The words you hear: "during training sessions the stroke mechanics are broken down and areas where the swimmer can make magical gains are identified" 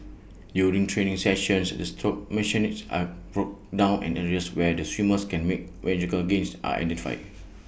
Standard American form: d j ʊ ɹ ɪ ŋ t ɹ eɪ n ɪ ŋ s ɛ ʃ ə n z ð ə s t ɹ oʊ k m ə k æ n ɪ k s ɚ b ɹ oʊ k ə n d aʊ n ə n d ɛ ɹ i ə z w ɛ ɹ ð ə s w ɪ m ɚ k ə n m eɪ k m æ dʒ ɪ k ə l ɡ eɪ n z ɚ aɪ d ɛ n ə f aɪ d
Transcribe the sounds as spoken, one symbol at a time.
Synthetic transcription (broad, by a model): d j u ɹ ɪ ŋ t ɹ eɪ n ɪ ŋ s ɛ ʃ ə n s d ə s t oʊ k m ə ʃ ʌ n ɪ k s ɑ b ɹ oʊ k d aʊ n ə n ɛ ɹ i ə s w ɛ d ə s w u m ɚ k ə n m eɪ k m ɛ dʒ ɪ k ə l ɡ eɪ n s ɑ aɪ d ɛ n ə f aɪ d